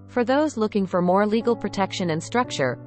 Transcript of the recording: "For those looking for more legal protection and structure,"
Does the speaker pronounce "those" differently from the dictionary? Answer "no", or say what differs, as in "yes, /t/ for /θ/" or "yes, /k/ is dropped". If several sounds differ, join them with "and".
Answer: no